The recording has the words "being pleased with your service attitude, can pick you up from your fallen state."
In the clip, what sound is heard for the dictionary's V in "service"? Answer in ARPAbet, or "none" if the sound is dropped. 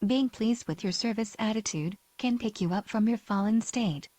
V